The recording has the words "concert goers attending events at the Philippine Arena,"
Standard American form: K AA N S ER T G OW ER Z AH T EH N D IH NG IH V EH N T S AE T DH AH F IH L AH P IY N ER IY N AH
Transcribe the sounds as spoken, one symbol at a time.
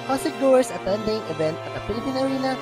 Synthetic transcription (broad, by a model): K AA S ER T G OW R S AH T EH N D IH NG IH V EH N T AH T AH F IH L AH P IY N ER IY N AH